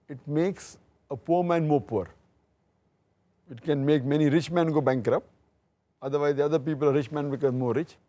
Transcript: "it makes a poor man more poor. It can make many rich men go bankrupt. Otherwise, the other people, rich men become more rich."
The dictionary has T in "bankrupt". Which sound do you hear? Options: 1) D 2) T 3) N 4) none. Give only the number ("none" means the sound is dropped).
4